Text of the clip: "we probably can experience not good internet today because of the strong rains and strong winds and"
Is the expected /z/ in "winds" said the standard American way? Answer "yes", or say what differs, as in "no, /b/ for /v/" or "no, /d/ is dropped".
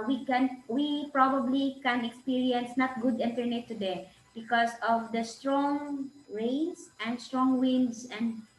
no, /s/ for /z/